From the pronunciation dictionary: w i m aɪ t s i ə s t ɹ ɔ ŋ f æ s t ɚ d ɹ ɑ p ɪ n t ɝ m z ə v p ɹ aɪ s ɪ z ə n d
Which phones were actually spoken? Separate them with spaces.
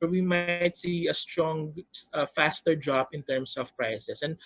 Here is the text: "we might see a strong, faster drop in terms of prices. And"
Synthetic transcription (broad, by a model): w i m aɪ t s i ə s t ɹ ɔ ŋ f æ s t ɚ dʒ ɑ b ɪ n t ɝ m s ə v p ɹ aɪ s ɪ s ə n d